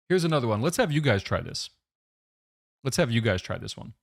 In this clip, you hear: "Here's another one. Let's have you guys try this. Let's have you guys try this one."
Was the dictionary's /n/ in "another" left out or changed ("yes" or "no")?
no